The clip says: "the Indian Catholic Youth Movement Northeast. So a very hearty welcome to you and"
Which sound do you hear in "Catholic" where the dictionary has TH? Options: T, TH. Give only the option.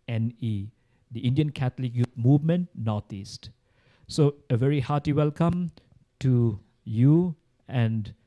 T